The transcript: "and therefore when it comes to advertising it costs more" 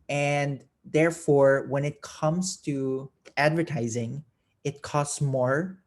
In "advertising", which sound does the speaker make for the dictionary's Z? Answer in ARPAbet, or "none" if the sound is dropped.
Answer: Z